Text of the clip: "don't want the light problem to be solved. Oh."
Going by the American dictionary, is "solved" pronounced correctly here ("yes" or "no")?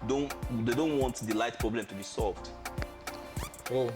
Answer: yes